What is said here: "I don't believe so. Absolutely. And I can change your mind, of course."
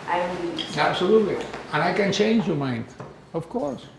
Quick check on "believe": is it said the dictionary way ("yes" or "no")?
no